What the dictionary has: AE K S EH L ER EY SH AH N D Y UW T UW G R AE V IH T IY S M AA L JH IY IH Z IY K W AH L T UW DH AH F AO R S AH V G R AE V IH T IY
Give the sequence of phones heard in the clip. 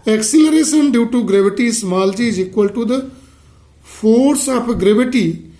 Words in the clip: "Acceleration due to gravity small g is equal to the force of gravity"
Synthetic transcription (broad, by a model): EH K S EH L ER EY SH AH N D Y UW T UW G R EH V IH T IY S M AA L JH IY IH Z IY K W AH L T UW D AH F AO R S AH P G R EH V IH T IY